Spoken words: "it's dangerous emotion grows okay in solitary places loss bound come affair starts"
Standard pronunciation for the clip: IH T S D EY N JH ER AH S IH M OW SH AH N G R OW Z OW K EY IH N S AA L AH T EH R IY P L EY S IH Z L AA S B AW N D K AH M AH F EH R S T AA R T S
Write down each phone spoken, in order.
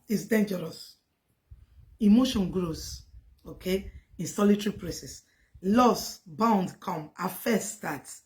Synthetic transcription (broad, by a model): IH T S D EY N JH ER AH S IH M OW SH AH N G R OW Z OW K EY IH N S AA L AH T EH R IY P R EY S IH S L AA S B AW N D K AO M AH F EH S T AA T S